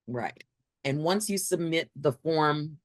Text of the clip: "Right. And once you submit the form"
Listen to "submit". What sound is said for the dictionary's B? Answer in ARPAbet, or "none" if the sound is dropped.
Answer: B